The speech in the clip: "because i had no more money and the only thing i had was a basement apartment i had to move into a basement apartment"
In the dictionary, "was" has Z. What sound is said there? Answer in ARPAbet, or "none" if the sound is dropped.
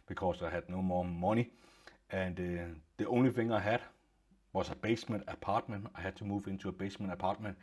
S